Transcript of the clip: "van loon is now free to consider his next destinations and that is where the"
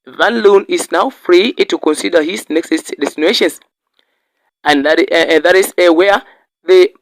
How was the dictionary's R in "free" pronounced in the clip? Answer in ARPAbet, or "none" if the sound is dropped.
R